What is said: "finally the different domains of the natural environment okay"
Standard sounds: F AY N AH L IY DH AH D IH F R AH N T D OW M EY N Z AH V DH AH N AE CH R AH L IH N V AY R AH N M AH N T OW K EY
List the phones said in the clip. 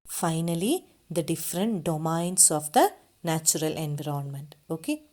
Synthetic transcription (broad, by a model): F AY N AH L IY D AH D IH F R AH N T D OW M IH N S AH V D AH N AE CH R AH L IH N V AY R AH N M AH N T OW K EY